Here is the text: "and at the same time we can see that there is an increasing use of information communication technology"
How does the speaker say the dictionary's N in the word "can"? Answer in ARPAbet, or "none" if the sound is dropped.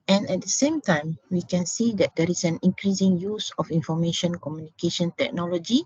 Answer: N